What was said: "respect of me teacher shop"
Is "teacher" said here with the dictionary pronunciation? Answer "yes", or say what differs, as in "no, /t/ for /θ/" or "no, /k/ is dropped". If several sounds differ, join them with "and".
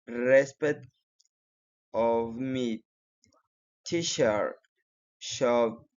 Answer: no, /ʃ/ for /tʃ/